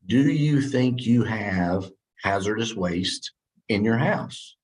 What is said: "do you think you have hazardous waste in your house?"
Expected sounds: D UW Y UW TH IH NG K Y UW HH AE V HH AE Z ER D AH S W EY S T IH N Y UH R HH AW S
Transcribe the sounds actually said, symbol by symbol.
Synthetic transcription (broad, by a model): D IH Y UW TH IH NG K Y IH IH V HH AE Z ER D AH S W EY S T IH N Y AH R HH AW S